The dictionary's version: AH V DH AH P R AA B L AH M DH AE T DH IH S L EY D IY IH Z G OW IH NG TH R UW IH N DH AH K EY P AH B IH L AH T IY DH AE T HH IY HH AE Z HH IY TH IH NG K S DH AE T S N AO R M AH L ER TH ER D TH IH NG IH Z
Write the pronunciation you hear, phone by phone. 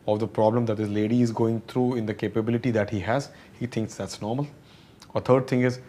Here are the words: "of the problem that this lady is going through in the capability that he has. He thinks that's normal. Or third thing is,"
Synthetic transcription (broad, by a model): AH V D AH P R AA B L AH M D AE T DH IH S L EY D IY IH Z G OW IH NG T R UW IH N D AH K EY P AH B IH L AH T IY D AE T HH IY HH AE Z HH IY T IH NG K S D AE T S N AO R M AH L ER T ER D T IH NG IH Z